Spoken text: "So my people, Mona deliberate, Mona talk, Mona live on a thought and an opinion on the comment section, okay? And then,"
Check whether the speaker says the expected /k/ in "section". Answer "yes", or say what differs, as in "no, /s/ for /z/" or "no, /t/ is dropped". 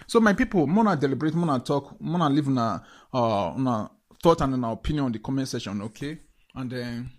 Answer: no, /k/ is dropped